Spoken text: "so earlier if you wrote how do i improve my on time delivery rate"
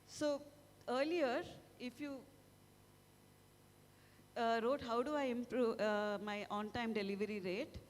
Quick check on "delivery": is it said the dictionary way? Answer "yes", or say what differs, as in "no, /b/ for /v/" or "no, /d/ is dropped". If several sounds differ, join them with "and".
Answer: yes